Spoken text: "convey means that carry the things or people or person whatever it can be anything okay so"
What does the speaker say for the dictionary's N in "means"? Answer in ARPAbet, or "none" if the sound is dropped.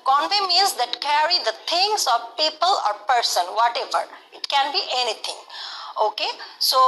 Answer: none